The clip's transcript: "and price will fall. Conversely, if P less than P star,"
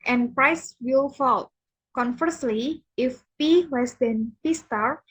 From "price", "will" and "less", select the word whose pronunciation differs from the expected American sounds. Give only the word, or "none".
less